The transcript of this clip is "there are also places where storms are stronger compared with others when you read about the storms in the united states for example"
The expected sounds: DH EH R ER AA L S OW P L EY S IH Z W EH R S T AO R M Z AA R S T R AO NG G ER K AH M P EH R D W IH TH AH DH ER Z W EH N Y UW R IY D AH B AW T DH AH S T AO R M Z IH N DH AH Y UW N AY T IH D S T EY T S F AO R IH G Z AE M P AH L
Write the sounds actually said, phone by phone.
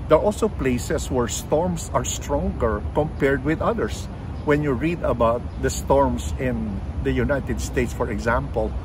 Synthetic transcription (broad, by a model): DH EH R AA L S OW P L EY S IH S W EH R S T AO R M S AA R S T R AO NG G ER K AH M P EH R D W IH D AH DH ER S W EH N Y UW R IY D AH B AW T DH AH S T AO R M S IH N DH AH Y UW N AY T IH D S T EY T S F AO R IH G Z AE M P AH L